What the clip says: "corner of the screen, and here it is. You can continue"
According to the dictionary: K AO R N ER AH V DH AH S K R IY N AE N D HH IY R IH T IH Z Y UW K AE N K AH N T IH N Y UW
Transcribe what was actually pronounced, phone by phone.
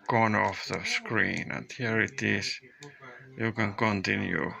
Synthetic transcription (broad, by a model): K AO N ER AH F DH AH S K R IY N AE N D HH IY R IH T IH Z Y UW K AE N K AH N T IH N Y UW